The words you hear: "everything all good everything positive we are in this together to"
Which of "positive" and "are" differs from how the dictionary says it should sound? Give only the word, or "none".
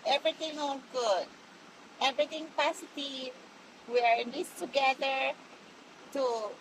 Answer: positive